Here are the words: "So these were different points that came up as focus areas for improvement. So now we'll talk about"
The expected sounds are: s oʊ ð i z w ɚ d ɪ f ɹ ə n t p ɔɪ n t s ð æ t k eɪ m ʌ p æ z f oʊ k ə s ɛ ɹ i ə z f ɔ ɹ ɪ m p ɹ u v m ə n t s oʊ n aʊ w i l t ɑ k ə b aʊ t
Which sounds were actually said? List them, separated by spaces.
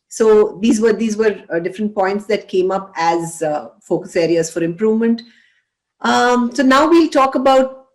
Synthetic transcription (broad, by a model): s oʊ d i z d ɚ d ɪ f ɹ ə n t p ɔɪ n t s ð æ t k eɪ m ʌ p æ z f oʊ k ə s ɛ ɹ i ə z f ɔ ɹ ɪ m p ɹ u v m ə n t s oʊ n aʊ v i l t ɑ k ə b aʊ t